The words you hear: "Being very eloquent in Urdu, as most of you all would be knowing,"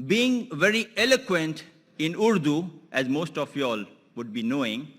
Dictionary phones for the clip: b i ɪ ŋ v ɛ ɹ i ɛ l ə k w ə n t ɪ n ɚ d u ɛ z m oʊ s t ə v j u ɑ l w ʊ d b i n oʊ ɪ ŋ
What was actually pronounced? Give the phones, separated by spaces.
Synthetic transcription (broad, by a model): b i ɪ ŋ v ɛ ɹ i ɛ l ə k w ə n t ɪ n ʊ d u ɛ z m oʊ s t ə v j ɑ l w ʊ d b i n oʊ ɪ ŋ